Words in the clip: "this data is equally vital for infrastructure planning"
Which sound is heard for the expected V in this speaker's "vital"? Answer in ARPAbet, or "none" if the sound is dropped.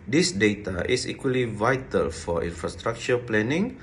V